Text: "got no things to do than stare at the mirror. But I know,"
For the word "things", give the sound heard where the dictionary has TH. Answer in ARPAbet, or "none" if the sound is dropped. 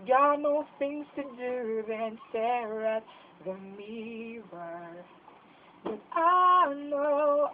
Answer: TH